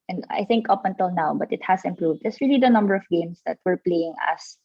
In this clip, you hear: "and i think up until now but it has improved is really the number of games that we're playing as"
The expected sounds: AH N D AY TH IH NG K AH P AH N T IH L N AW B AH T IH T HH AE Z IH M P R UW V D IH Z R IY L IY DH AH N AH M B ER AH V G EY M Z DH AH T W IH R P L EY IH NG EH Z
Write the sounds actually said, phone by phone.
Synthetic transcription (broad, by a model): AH N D AY TH IH NG K AH P AH N T IH L N AW B AH T IH T HH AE S IH M P R UW V D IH S R IY L IY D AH N AH M B ER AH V G EY M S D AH T W IH R P L EY IH NG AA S